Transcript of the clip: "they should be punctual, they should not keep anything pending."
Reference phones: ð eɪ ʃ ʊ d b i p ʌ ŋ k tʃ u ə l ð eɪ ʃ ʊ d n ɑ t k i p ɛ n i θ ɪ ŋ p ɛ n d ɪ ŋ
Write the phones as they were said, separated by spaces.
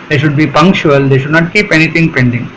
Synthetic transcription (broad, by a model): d eɪ ʃ ʊ d b i p ʌ ŋ k tʃ u ə l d eɪ ʃ ʊ d n ɑ t k i p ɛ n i t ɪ ŋ p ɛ n d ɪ ŋ